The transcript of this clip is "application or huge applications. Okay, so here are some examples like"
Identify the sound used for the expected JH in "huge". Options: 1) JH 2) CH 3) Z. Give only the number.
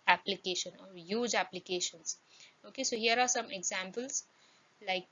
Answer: 1